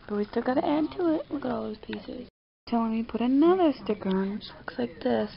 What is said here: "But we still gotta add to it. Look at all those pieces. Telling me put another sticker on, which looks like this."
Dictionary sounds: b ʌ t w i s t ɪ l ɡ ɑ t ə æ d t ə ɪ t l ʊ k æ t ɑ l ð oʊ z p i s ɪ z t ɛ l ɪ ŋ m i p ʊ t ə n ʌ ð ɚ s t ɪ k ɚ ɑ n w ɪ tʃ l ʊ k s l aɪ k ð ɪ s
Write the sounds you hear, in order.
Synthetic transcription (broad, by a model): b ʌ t w i s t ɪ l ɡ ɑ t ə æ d t ə ɪ t w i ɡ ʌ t ɑ l ð oʊ z p i s ɪ z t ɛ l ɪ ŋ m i p ʊ t ə n ʌ ð ɚ s t ɪ k ɚ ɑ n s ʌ k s l aɪ k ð ɪ s